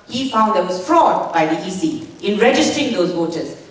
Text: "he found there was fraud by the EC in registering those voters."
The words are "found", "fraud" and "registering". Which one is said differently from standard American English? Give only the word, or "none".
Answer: none